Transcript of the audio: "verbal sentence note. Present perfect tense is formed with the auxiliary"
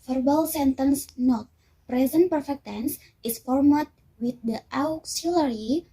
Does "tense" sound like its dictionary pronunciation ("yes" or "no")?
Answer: yes